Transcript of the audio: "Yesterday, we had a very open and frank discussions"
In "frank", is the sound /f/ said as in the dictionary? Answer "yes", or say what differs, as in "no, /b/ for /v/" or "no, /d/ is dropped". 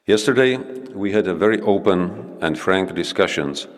yes